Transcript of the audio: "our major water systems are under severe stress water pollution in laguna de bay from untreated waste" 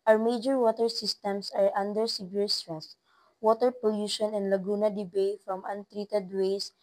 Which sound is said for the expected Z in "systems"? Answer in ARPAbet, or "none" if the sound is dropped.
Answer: S